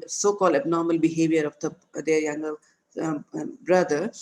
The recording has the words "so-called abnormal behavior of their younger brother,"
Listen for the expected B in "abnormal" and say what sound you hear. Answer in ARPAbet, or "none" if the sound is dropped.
B